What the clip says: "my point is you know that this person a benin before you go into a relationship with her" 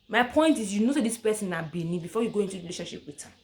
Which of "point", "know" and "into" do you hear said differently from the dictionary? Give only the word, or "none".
none